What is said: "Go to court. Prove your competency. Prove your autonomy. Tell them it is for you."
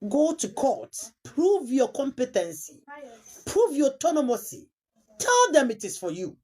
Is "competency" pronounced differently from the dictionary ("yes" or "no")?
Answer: no